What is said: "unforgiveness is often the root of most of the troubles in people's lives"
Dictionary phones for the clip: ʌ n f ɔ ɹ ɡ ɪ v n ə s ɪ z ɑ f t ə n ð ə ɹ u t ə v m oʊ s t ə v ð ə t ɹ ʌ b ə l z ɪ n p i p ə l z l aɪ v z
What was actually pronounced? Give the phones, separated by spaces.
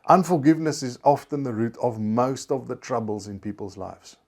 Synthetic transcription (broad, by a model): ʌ n f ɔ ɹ ɡ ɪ v n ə s ɪ z ɑ f t ə n ð ə ɹ u t ə v m oʊ s t ə v ð ə t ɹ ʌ b ə l z ɪ n p i p ə l z l aɪ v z